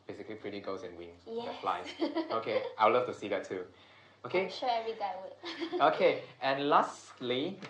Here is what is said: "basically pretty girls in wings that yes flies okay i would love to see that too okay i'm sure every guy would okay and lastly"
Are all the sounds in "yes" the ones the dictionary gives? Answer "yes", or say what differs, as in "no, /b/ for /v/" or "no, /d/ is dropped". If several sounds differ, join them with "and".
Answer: no, /s/ is dropped